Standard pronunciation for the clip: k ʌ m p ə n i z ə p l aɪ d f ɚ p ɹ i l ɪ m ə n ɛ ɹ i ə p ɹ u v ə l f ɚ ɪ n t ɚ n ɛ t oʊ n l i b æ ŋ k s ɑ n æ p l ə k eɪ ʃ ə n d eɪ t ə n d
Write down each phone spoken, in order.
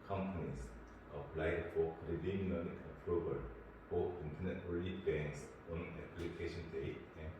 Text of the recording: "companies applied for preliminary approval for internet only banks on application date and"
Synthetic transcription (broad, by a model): k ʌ m p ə n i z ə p l aɪ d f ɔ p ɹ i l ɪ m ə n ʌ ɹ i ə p ɹ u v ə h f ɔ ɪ n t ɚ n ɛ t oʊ l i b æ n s ɑ n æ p l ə k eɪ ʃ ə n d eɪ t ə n